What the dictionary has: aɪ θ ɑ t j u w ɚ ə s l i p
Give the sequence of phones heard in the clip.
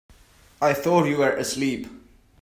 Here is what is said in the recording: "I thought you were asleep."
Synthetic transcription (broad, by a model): aɪ θ ɑ t j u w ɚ ə s l i p